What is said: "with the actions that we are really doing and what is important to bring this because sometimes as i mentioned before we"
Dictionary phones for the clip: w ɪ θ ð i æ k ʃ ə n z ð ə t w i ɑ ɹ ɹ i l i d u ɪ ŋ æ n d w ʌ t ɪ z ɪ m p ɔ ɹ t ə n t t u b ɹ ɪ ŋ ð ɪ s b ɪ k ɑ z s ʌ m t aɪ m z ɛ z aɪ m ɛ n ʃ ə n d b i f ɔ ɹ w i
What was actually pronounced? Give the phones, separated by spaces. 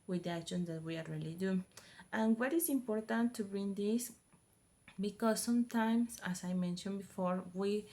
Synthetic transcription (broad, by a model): w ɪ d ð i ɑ k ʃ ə n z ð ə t w i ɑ l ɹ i l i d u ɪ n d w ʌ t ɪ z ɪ m p ɔ ɹ t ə n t t u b ɹ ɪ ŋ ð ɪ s b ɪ k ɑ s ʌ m t aɪ m s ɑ s aɪ m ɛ n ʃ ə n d b i f ɔ ɹ w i